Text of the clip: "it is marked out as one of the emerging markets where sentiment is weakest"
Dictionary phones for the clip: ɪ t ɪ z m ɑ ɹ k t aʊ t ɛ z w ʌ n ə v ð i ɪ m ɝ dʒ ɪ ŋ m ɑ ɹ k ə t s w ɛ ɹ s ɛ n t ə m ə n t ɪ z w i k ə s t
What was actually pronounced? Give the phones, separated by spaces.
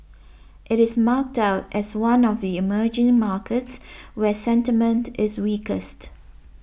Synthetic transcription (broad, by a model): ɪ t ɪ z m ɑ k t aʊ t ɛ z w ʌ n ə v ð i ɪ m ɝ dʒ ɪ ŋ m ɑ k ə t s w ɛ s ɛ n t ə m ə n t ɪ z w i k ə s t